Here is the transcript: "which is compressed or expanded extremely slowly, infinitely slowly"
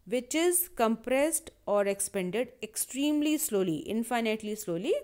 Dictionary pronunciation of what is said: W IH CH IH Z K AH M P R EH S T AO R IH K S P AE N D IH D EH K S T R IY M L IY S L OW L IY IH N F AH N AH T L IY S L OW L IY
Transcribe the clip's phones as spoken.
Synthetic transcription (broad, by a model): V IH CH IH Z K AH M P R EH S T AO R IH K S P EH N D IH D EH K S T R IY M L IY S L OW L IY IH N F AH N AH T L IY S L OW L IY